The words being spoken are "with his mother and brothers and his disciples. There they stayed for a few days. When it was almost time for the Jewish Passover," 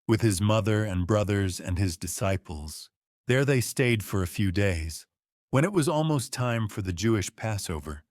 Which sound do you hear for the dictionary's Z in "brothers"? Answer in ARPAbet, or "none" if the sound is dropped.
Z